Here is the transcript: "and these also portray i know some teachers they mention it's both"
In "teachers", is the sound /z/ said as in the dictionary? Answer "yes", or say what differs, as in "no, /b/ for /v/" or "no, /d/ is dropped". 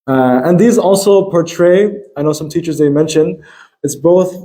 yes